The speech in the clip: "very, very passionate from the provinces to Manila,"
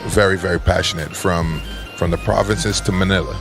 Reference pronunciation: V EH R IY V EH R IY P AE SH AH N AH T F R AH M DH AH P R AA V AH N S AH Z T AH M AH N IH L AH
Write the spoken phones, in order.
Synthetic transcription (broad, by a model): V EH R IY V EH R IY P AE SH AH N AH T F R AH M DH AH P R AA V AH N S AH Z T AH M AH N IH L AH